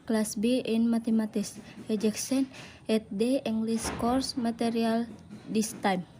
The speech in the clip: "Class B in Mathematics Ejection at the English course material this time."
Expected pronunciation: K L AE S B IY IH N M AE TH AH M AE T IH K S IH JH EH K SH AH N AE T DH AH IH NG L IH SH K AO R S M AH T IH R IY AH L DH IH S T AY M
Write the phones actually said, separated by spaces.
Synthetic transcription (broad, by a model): K L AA S B IY N M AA T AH M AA T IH S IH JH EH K S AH N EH T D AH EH NG L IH S K AO R S M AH T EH R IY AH L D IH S T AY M